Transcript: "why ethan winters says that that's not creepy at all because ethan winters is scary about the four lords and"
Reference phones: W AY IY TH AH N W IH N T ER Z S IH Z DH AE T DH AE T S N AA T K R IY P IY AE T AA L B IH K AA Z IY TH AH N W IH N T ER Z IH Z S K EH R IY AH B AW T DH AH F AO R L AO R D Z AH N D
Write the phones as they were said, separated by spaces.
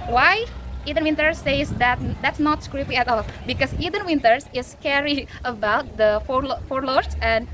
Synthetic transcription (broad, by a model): W AY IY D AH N W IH N T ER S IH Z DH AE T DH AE T S N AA T K R IY P IY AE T AA L B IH K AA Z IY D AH N W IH N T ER S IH S K EH R IY AH B AW T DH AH F AO R L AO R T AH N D